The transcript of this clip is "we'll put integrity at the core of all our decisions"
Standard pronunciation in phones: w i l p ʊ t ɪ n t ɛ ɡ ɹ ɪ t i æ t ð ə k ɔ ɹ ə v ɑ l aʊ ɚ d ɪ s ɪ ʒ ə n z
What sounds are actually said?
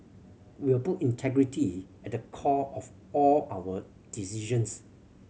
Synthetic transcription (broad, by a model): w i w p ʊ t ɪ n t ɛ ɡ ɹ ɪ t i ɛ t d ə k ɔ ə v ɑ l aʊ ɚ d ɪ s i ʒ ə n s